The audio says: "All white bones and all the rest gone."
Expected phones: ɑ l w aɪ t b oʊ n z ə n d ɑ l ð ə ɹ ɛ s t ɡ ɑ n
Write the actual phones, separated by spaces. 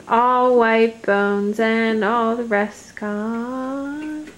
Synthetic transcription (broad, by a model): ɑ l w aɪ t b oʊ n z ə n ɑ l ð ə ɹ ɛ s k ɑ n